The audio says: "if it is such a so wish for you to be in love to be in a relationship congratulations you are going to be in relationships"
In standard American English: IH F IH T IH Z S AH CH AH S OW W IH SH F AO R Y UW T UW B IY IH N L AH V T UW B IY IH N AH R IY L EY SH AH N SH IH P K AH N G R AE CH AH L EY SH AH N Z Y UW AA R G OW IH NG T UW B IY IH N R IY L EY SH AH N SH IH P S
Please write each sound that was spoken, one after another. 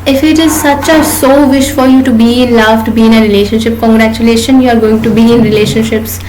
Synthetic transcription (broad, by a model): IH F IH T IH Z S AH CH AH S OW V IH SH F AO R Y UW T UW B IY IH N L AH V T UW B IY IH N AH R IY L EY SH AH N SH IH P K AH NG G R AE CH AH L EY SH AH N Y UW AA R G OW IH NG T UW B IY IH N R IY L EY SH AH N SH IH P S